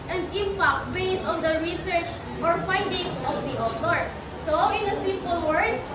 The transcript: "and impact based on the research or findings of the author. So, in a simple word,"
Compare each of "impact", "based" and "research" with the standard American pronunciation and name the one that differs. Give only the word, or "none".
based